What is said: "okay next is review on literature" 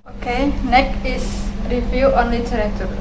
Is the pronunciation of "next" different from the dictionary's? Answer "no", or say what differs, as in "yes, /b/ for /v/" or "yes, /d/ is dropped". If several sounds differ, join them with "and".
yes, /s/ is dropped